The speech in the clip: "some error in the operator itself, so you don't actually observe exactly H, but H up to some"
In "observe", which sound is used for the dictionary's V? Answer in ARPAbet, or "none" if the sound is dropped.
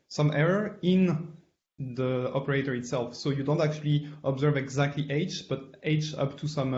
V